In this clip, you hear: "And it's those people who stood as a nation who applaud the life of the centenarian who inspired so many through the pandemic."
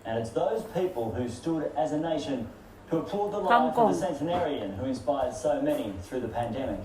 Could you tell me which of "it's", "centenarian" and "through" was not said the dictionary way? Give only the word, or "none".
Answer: none